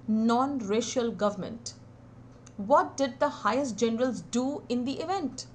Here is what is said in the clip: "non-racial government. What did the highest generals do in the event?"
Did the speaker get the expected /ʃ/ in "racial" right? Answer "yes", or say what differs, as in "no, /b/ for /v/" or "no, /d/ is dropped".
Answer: yes